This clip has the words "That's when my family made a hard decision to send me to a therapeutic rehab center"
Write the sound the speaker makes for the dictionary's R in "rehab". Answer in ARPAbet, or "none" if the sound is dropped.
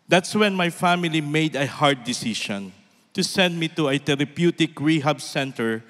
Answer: R